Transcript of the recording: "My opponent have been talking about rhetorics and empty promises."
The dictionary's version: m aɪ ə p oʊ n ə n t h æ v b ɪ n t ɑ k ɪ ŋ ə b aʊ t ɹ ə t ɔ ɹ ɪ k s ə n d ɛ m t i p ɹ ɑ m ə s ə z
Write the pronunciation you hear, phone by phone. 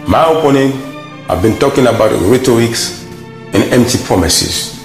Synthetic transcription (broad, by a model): m aɪ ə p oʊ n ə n h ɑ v b ɪ n t ɑ k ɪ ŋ ə b aʊ t ɹ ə t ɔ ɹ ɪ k s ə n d ɛ m t i p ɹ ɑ m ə s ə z